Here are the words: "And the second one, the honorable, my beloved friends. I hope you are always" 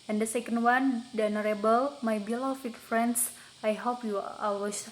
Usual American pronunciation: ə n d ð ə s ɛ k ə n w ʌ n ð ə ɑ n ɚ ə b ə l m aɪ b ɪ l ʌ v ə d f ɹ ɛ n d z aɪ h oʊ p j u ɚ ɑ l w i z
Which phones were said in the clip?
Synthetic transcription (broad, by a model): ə n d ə s ɛ k ə n w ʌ n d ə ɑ n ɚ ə b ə l m aɪ b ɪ l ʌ f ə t f ɹ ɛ n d s aɪ h oʊ p j u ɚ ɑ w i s